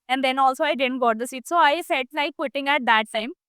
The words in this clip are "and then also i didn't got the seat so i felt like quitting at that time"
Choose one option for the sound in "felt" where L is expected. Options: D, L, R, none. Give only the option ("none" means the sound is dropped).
none